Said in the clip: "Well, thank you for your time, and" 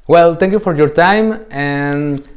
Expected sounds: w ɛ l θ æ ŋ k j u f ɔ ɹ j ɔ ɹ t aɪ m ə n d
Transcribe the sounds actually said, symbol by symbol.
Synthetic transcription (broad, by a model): w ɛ l t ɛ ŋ k j u f ɔ ɹ j ɔ ɹ t aɪ m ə n